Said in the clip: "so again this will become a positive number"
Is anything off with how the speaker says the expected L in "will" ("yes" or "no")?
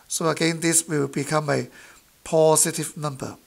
yes